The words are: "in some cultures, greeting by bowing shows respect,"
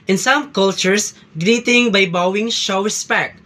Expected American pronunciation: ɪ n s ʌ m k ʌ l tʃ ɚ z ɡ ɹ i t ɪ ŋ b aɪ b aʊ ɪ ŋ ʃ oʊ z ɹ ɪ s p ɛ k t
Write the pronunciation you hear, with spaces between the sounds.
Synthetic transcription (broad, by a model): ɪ n s ʌ m k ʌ l tʃ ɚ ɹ ɡ ɹ i t ɪ ŋ b aɪ b aʊ ɪ ŋ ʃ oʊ ɹ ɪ s p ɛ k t